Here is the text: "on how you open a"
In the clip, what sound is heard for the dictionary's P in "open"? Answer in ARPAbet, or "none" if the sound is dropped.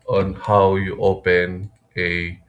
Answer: P